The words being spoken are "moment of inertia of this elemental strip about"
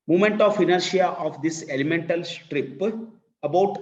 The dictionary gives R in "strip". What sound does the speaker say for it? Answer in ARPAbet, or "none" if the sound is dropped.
R